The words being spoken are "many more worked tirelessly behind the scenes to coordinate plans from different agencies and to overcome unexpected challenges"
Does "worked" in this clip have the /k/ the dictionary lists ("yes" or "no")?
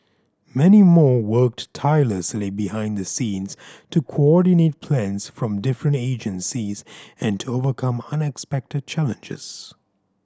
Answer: yes